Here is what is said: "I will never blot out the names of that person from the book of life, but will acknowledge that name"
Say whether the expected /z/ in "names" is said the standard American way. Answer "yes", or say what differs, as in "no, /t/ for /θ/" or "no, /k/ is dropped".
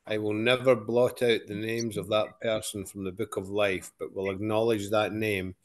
yes